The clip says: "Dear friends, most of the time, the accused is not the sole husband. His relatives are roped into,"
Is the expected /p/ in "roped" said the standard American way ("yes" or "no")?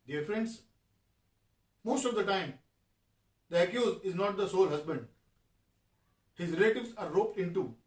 yes